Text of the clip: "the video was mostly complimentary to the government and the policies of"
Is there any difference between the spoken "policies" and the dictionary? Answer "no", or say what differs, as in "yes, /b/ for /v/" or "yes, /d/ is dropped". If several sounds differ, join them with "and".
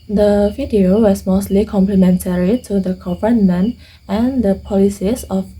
yes, /s/ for /z/